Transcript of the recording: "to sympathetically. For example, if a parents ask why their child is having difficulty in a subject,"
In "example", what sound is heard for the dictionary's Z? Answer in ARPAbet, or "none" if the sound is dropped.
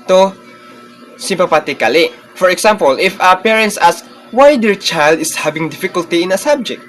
S